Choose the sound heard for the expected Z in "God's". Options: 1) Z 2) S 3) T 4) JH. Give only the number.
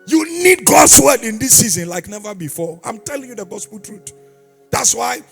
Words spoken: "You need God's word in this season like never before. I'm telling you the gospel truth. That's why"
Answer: 2